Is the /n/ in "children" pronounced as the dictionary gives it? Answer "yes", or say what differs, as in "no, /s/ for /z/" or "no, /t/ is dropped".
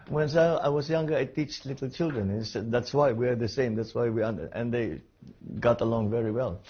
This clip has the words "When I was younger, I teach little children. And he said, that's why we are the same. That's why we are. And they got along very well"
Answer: yes